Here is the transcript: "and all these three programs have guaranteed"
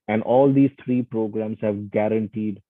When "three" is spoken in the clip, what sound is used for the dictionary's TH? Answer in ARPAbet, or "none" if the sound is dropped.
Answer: T